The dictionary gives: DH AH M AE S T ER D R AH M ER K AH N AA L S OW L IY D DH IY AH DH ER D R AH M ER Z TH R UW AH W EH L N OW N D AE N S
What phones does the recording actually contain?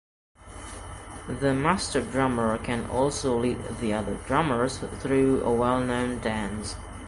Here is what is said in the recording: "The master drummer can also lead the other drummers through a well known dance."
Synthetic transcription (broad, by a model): DH AH M AE S T ER D R AH M ER K AH N AA L S OW L IY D DH IY AH DH ER D R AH M ER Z TH R UW AH W EH L N OW N D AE N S